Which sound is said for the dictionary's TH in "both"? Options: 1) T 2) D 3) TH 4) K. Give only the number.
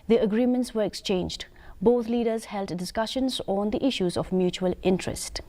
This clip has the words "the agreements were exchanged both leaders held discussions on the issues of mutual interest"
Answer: 1